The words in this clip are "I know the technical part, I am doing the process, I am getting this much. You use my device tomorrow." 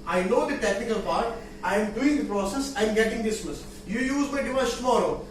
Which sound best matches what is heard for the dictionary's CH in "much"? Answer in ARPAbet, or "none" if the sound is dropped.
S